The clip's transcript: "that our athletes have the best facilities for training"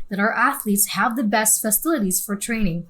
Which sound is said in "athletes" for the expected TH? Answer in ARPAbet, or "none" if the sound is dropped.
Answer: TH